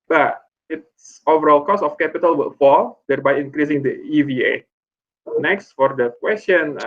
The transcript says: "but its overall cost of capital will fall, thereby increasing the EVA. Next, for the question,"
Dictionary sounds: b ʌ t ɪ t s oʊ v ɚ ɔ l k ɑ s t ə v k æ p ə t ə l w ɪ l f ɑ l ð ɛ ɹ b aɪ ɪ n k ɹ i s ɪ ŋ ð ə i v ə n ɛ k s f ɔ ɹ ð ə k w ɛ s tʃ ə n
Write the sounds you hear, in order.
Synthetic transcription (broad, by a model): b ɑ t ɪ t s oʊ v ɚ ɔ l k ɑ s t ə f k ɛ p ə t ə l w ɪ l f ɑ l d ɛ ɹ b aɪ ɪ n k ɹ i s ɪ ŋ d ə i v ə n ɛ k s f ɔ ɹ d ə k w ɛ s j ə n